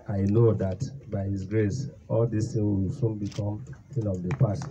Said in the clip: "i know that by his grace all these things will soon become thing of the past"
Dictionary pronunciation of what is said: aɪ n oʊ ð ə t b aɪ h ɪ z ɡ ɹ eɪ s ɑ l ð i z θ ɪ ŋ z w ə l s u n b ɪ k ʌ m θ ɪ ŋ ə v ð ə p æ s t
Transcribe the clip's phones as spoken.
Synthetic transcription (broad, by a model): aɪ n oʊ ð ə t b aɪ h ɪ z ɡ ɹ eɪ s ɑ l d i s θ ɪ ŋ w ə l s u n b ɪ k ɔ m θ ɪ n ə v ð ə p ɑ s t